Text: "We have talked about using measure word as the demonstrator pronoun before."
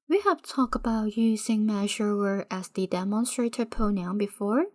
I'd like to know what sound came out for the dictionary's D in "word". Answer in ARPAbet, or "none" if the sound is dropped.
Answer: none